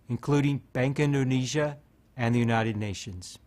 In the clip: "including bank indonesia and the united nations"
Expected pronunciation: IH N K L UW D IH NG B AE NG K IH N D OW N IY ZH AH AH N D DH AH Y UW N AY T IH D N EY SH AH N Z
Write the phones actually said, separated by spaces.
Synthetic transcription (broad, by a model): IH N K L UW D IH NG B AE NG K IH N D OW N IY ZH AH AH N DH AH Y UW N AY T IH D N EY SH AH N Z